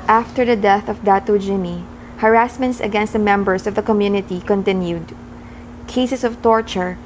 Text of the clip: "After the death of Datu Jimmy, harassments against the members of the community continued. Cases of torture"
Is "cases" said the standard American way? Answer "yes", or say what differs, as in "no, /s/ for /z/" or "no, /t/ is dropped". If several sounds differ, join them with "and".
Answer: no, /s/ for /z/